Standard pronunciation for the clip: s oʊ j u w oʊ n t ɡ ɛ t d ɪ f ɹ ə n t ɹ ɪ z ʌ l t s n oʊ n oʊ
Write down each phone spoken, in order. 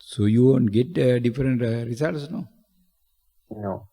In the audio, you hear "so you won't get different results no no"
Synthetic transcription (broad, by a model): s oʊ j u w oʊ n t ɡ ɛ t d ɪ f ɹ ə n t ɹ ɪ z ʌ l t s n oʊ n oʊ